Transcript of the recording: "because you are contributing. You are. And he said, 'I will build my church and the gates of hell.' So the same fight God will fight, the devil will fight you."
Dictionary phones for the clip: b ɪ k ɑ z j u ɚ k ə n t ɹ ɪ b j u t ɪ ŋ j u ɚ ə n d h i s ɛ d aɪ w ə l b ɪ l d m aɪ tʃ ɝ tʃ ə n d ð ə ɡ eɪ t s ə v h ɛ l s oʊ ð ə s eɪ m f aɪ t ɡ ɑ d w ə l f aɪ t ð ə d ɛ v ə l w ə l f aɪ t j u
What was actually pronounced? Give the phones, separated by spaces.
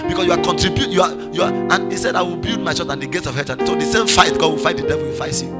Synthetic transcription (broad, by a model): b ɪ k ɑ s j u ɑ k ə n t ɹ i b j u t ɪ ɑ j u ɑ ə n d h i s ɛ d aɪ w ə l b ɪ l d m aɪ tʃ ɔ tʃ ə n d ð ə ɡ eɪ t s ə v h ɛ n s oʊ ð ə s eɪ m f aɪ t ɡ ɑ d w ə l f aɪ t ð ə d ɛ v ə l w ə f aɪ t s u